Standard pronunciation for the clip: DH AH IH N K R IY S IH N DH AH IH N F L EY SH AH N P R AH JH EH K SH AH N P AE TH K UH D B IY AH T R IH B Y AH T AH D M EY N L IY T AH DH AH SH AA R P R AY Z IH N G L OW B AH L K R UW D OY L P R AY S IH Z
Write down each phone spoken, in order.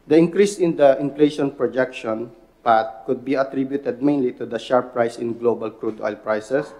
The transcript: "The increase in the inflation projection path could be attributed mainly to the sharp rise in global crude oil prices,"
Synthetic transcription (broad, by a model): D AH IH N K R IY S IH N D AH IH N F L EY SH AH N P R AH JH EH K SH AH N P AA T K UH D B IY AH T R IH B Y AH T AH D M EY N L IY T AH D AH SH AA R P R AY S IH N G L OW B AH L K R UW D OY L P R AY S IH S